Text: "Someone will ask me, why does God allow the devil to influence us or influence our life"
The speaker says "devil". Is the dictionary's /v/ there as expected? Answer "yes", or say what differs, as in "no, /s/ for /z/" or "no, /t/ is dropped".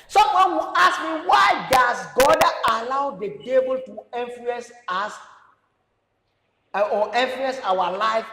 no, /b/ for /v/